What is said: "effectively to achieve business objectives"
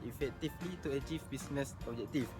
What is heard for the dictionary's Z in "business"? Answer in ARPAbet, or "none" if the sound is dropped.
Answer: S